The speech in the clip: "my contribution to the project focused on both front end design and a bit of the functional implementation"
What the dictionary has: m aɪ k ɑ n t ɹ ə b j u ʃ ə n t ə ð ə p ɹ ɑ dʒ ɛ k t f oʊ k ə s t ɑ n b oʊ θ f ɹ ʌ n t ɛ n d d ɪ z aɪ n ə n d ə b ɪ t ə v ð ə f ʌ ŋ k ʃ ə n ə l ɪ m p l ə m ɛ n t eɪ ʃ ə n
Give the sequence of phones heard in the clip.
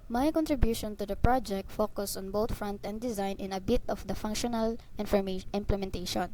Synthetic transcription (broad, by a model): m aɪ k ɑ n t ɹ ə b j u ʃ ə n t ə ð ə p ɹ ɑ dʒ ɛ k t f oʊ k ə s ɑ n b oʊ t f ɹ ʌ n t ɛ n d d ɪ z aɪ n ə n ə b ɪ t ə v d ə f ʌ ŋ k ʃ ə n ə l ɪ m p l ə m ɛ n t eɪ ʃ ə n